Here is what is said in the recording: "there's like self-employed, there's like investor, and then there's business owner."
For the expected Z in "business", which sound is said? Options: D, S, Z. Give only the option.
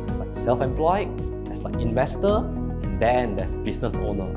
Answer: S